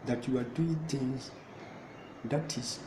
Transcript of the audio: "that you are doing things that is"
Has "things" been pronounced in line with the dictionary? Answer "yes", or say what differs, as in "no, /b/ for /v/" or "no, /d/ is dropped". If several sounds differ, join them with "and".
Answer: no, /t/ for /θ/